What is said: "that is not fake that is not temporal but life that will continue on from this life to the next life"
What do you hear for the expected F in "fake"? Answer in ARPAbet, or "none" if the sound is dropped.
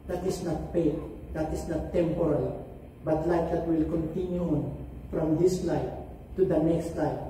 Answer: P